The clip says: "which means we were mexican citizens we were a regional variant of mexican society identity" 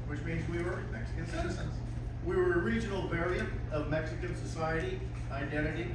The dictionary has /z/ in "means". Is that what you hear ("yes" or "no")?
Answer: yes